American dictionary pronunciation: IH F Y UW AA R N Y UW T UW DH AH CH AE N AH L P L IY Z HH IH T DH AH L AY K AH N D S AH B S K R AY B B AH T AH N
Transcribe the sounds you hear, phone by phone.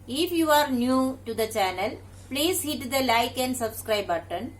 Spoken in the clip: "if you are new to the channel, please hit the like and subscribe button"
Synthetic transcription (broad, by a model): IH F Y UW AA R N Y UW T UW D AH CH AE N AH L P L IY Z HH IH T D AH L AY K AH N D S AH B S K R AY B B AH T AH N